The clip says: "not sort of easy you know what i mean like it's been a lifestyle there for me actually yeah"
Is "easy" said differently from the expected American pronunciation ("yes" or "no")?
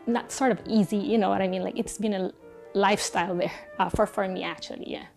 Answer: no